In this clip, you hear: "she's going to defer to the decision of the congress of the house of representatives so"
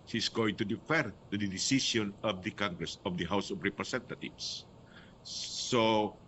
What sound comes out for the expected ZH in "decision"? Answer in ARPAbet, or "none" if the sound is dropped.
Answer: S